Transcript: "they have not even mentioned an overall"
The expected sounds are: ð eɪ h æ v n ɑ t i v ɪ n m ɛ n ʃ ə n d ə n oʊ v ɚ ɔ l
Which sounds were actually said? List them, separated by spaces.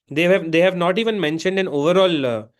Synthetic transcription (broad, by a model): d eɪ h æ v n ɑ t i v ɪ n m ɛ n ʃ ə n d ə n oʊ v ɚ ɔ l